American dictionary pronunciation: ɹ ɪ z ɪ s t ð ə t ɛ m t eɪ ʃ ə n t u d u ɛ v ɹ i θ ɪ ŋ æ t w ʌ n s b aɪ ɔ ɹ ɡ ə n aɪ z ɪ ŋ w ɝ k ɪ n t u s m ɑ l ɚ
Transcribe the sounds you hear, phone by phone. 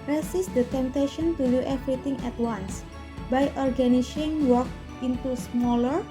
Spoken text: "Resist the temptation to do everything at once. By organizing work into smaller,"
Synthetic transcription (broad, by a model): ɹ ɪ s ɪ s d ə t ɛ m t eɪ ʃ ə n t u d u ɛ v ɹ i t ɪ ŋ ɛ t w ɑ n s b aɪ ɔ ɹ ɡ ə n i s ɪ ŋ w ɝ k ɪ n t u s m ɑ l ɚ